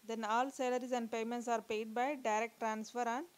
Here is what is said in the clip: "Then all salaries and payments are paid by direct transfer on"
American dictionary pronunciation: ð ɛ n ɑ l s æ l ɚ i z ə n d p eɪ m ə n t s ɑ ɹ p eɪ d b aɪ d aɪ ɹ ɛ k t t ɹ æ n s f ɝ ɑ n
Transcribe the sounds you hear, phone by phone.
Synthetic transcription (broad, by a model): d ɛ n ɑ l s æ l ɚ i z ə n d p eɪ m ə n t s ɑ ɹ p eɪ d b aɪ d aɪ ɹ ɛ k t t ɹ æ n s f ɝ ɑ n